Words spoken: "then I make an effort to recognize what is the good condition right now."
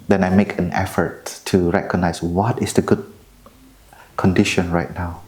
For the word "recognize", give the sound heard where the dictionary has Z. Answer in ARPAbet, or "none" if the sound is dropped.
S